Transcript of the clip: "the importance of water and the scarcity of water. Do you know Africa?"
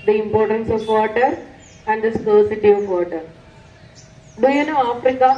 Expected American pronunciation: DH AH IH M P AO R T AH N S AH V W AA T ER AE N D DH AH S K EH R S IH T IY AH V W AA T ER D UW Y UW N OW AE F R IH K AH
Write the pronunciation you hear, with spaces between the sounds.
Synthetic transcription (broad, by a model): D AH IH M P AO R T AH N S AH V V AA T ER AE N D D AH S AO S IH T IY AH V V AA T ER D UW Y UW N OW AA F R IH K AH